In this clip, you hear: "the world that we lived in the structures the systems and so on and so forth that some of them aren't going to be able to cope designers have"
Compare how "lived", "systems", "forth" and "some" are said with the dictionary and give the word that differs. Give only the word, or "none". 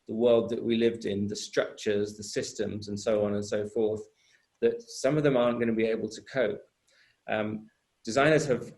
none